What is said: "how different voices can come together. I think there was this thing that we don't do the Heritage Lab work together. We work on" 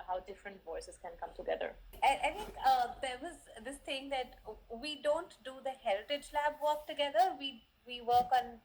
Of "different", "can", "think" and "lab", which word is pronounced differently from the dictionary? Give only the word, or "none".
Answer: think